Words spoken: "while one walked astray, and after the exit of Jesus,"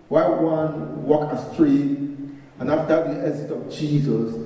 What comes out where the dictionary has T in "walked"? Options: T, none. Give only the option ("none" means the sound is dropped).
none